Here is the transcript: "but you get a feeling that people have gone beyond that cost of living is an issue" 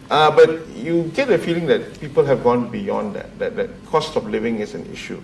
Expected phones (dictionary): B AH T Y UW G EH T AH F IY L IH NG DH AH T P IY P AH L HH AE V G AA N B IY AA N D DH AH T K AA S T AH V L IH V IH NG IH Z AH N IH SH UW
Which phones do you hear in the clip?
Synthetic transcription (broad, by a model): B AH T Y UW G EH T AH F IY L IH NG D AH T P IY P AH L HH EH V G AA N B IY AA N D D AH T K AA S T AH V L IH V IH NG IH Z AH N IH SH UW